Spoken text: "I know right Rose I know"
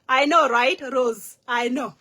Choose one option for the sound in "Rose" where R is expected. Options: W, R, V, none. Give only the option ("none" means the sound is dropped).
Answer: R